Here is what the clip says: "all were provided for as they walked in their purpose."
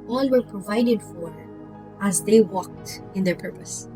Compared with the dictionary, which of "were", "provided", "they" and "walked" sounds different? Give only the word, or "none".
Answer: none